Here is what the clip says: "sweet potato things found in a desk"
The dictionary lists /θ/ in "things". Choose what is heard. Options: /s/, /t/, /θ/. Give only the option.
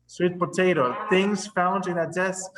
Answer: /θ/